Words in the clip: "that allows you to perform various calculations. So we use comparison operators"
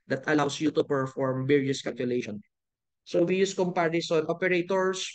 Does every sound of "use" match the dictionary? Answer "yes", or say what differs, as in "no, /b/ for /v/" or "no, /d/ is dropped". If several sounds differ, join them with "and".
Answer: yes